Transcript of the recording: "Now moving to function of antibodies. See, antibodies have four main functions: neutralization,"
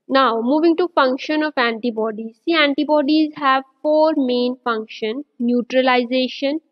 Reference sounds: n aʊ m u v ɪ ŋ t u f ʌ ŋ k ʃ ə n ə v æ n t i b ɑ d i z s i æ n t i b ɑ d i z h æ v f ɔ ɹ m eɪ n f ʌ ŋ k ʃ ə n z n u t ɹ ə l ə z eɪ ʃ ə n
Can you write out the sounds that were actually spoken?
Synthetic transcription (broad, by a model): n aʊ m u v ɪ ŋ t u f ʌ ŋ k ʃ ə n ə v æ n t i b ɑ d i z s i æ n t i b ɑ d i z h æ v f ɔ ɹ m eɪ n f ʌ ŋ k ʃ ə n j u t ɹ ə l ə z eɪ ʃ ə n